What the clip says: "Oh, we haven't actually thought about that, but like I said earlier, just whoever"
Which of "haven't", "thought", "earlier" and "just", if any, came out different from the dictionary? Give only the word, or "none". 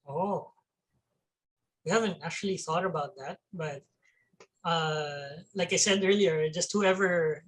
none